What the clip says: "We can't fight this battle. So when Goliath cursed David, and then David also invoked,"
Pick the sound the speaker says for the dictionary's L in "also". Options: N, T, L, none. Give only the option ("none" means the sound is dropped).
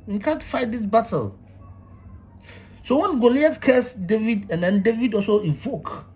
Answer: L